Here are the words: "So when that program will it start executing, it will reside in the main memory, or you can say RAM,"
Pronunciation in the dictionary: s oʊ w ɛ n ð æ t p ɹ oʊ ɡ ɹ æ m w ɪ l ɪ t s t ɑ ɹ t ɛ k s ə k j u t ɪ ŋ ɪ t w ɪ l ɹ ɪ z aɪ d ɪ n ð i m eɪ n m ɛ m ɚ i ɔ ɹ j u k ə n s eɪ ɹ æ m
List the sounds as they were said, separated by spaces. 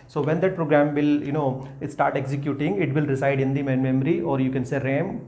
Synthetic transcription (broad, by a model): s oʊ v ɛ n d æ t p ɹ oʊ ɡ ɹ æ m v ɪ l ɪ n s t ɑ ɹ t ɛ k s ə k j u t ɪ ŋ ɪ t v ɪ l ɹ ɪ s aɪ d ɪ n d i m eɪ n m ɛ m ɚ i ɔ ɹ j u k ə n s eɪ ɹ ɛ m